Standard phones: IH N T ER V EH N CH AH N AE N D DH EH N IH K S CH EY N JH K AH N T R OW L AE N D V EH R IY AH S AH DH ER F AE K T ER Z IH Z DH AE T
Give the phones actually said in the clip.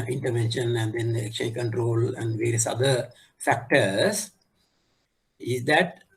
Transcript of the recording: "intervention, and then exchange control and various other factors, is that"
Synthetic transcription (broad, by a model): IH N T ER V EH N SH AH N AE N D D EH N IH K CH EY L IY K AH N T R OW L AE N D V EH R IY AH S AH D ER F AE K T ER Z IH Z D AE T